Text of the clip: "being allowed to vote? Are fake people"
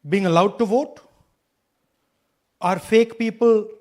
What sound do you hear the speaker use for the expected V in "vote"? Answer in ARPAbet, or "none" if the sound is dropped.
V